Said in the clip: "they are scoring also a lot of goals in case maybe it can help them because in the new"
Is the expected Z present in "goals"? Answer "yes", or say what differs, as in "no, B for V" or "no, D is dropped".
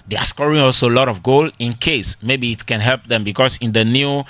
no, Z is dropped